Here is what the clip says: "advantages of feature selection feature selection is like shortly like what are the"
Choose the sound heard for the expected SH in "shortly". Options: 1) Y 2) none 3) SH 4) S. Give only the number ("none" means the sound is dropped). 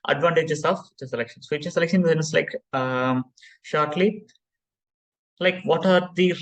3